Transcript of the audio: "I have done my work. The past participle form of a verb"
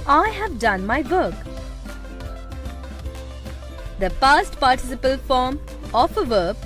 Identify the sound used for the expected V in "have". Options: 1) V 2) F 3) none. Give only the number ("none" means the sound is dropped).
1